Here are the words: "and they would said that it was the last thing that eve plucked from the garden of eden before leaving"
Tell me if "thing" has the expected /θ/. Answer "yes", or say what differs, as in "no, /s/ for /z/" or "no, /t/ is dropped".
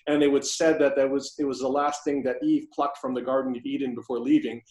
yes